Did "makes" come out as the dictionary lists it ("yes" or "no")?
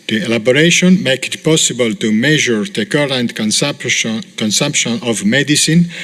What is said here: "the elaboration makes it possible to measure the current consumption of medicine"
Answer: no